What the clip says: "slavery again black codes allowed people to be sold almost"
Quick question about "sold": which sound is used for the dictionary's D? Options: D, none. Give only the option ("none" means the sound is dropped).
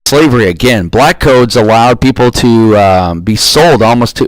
D